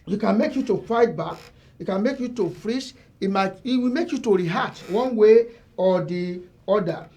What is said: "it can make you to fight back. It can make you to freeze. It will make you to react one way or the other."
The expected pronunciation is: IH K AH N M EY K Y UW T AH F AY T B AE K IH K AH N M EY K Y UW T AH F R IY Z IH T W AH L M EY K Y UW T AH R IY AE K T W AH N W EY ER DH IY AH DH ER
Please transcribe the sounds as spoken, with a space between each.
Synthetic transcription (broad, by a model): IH K AH N M EY K Y UW T AH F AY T B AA K IH K AH N M EY K Y UW T AH F R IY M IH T W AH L M EY K Y UW T AH R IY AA T W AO N W EY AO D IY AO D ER